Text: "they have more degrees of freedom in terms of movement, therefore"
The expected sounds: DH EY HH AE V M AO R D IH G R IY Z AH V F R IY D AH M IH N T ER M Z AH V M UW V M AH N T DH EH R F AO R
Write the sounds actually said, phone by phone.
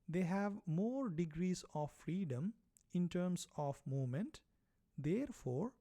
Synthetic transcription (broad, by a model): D EY HH AE V M AO R D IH G R IY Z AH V F R IY D AH M IH N T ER M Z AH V M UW M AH N T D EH R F AO R